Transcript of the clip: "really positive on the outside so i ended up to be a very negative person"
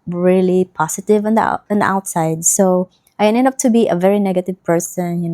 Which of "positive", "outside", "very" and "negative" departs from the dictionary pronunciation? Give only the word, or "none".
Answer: positive